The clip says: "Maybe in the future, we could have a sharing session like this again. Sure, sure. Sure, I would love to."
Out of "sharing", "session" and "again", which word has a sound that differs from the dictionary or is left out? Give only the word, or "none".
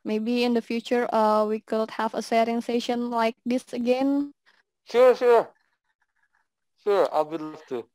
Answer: sharing